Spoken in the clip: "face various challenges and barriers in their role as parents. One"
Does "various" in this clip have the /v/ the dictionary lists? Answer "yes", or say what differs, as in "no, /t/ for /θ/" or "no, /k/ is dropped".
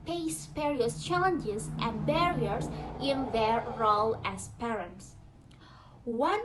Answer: no, /p/ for /v/